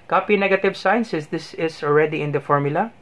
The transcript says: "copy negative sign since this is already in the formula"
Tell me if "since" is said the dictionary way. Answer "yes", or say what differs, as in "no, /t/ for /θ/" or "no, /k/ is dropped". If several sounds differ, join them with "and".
no, /n/ is dropped